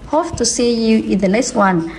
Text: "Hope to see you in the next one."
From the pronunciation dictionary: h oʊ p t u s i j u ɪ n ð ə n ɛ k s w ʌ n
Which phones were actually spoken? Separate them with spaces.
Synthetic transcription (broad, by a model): h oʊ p t u s i j u ɪ n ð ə l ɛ s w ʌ n